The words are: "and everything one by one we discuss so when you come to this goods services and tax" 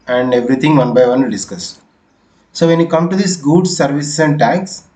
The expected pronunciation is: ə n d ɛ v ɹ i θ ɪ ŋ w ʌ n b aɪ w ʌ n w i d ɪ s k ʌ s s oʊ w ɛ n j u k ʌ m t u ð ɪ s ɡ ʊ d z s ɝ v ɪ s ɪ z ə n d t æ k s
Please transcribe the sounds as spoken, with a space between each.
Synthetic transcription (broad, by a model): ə n d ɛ v ɹ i t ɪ ŋ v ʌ n b aɪ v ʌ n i d ɪ s k ʌ s s oʊ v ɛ n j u k ʌ m t u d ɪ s ɡ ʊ d s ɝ v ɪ s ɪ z ə n d t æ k s